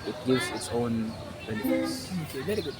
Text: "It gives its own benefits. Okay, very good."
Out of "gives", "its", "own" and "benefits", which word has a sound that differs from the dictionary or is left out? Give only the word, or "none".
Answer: benefits